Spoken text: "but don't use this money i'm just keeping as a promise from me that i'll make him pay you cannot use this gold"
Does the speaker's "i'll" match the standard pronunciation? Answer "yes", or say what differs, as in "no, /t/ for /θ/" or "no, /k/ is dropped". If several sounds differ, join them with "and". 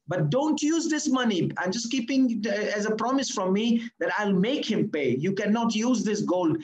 yes